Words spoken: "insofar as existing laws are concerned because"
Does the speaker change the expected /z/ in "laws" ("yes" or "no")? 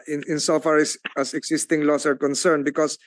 yes